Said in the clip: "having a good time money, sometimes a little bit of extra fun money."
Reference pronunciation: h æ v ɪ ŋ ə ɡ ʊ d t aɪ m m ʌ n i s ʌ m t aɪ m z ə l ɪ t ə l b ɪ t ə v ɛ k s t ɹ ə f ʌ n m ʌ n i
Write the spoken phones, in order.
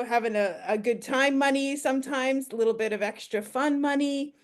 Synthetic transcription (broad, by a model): h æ v ɪ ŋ ə ɡ ʊ d t aɪ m m ʌ n i s ʌ m t aɪ m z ə l ɪ t l b ɪ t ə v ɛ k s t ɹ ə f ʌ n m ʌ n i